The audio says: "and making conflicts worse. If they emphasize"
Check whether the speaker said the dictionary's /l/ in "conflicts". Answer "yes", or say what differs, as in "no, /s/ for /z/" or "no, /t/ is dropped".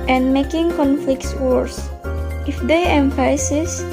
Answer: yes